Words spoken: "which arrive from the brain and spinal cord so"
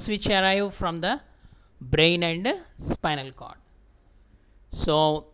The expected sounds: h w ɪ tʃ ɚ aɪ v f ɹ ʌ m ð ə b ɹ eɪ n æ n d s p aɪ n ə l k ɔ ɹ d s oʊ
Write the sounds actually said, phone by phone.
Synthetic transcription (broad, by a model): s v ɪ tʃ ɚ aɪ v f ɹ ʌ m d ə b ɹ eɪ n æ n d s p aɪ n ə l k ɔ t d s oʊ